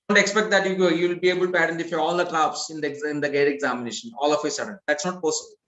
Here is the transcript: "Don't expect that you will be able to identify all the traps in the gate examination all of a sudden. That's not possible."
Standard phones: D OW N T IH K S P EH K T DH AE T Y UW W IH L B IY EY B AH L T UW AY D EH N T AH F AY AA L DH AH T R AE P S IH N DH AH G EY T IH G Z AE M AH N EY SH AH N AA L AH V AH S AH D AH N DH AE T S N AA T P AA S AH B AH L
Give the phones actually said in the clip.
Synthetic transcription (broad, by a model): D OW N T IH K S P EH K T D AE T Y UW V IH L B IY EY B AH L T UW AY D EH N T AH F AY AA L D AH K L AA B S IH N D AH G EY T IH G Z AE M AH N EY SH AH N AA L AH F AH S AH D AH N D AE T S N AA T P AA S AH B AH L